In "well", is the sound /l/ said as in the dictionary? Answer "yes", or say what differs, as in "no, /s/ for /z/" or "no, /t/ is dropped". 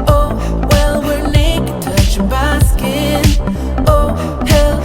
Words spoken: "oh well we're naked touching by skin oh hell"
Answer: yes